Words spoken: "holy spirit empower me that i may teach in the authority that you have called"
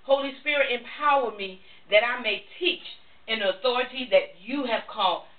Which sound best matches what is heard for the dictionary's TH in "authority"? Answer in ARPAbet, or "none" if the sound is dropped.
TH